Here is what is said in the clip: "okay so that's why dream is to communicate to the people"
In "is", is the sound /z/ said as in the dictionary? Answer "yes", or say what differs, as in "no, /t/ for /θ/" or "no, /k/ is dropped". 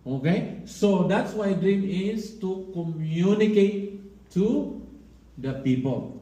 no, /s/ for /z/